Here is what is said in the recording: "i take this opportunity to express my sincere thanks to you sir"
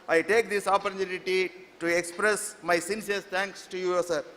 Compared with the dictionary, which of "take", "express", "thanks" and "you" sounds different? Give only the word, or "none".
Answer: thanks